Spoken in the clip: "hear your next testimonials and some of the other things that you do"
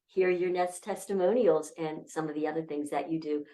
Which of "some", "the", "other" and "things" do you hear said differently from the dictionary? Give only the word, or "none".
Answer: none